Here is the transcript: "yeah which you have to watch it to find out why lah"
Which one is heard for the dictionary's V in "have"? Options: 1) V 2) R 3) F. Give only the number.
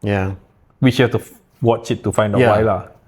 3